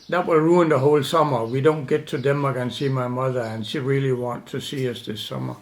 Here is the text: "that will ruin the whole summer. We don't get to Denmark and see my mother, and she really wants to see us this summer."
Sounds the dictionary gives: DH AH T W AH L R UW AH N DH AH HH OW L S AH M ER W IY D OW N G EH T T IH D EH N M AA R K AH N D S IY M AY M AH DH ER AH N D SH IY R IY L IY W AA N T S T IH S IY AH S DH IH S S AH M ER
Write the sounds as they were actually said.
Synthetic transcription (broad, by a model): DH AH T W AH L R UW AH N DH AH HH OW L S AH M ER W IY D OW N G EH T T IH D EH M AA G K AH N S IY M AY M AH DH ER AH N SH IY R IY L IY W AA N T T IH S IY AH S DH IH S S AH M ER